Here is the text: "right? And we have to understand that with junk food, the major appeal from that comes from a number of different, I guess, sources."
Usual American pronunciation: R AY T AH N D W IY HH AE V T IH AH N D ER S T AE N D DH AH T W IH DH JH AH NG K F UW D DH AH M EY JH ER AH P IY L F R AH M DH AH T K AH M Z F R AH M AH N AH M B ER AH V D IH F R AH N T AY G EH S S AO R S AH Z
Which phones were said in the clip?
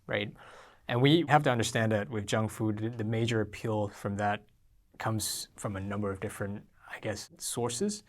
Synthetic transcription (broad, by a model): R AY T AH N W IY HH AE F T IH AH N D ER S T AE N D DH AH T W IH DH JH AH NG F UW D DH AH M EY JH ER AH P IY L F R AH M DH AH T K AH M Z F R AH M AH N AH M B ER AH V D IH F R AH N T AY G EH S S AO R S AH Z